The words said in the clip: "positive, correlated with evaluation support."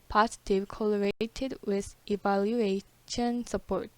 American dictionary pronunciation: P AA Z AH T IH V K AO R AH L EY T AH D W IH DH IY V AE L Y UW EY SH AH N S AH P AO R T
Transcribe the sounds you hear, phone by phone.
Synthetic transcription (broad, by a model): P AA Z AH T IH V K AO L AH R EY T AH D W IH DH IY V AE L Y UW EY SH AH N S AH P AO R T